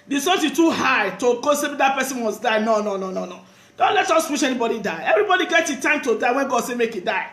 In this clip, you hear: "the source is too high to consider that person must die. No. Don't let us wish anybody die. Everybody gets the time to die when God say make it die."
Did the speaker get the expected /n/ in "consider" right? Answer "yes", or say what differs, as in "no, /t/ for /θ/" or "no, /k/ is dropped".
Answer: no, /n/ is dropped